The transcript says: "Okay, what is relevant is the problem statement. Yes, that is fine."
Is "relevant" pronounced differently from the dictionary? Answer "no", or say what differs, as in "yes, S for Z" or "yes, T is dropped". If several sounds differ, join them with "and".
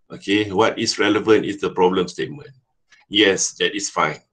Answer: no